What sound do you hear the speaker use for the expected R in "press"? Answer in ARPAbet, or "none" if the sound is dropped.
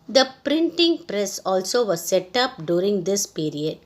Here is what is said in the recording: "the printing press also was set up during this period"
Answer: R